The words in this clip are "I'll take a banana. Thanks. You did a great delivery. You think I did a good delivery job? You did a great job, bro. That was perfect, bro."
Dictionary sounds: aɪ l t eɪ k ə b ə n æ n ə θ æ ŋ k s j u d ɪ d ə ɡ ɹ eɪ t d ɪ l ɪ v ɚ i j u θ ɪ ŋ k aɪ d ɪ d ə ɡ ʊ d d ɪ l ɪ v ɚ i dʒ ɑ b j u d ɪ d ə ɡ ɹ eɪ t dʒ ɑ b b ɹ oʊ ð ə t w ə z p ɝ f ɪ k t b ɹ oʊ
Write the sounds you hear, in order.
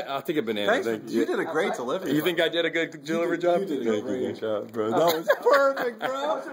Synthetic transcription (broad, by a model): aɪ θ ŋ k ə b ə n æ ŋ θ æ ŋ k j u d ɪ d ə ɡ ɹ eɪ t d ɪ l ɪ v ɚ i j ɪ θ ɪ ŋ k aɪ d ɪ d ə ɡ ʊ d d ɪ l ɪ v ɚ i dʒ ɑ b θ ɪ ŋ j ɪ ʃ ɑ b b ɹ oʊ ð ə t w ə z p ɝ f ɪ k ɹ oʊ